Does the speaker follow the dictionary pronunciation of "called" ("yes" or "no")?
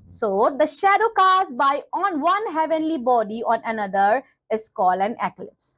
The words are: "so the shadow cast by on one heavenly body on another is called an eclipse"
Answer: no